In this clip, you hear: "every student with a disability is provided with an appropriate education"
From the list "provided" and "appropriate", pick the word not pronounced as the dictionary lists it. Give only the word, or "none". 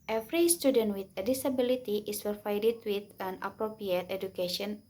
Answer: provided